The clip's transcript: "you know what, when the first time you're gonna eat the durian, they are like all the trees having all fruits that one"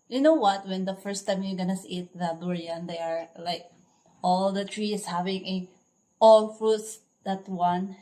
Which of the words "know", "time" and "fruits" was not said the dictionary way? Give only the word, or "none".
none